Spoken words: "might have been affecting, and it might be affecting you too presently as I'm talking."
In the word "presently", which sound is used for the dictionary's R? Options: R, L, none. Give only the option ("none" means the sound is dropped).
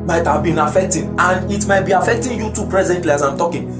R